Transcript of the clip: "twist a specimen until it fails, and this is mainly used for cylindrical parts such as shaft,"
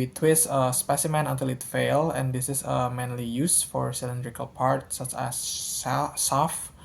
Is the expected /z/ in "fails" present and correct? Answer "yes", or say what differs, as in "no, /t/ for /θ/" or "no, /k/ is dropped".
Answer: no, /z/ is dropped